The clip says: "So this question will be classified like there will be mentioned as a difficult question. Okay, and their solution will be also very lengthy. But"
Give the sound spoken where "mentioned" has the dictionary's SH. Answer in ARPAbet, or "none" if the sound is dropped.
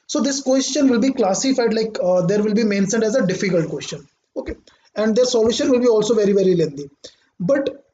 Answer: S